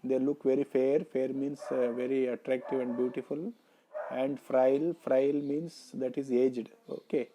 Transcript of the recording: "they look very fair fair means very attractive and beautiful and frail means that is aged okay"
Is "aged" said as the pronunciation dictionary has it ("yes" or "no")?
yes